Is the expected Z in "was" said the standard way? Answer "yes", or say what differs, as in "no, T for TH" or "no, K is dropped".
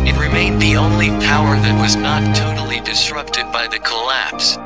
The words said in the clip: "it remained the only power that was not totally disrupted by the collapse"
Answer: yes